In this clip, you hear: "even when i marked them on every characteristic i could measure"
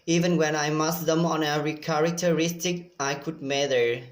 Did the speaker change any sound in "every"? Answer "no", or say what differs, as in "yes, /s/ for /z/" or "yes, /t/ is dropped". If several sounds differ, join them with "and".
yes, /v/ is dropped